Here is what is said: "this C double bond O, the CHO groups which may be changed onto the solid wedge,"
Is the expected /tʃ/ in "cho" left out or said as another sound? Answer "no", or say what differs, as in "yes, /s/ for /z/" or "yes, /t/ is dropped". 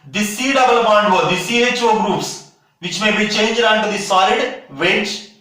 no